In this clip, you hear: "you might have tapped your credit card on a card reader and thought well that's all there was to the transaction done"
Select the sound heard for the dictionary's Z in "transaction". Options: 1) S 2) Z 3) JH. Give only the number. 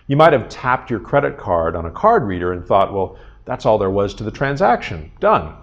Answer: 2